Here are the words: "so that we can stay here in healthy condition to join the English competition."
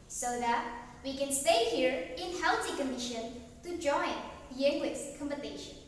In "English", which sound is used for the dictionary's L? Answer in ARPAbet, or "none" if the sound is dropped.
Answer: W